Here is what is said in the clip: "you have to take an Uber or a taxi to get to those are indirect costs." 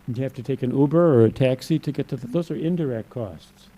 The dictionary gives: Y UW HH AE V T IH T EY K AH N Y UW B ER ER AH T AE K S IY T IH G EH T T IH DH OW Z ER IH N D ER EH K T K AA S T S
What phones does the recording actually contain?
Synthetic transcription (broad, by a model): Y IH HH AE F T IH T EY K AH N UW B ER ER AH T AE K S IY T IH G EH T T IH DH OW Z ER IH N D ER EH K T K AA S T S